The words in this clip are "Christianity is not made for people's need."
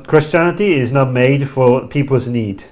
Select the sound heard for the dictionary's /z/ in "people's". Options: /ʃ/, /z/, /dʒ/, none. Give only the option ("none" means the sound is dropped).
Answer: /z/